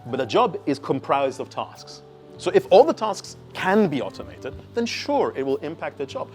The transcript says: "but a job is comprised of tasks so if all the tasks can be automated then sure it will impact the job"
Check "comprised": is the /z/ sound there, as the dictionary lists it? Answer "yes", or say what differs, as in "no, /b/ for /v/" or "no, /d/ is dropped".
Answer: yes